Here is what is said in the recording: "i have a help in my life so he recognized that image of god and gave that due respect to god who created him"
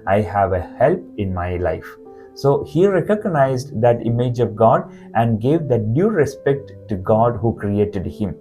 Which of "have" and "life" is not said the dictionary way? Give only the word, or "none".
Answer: none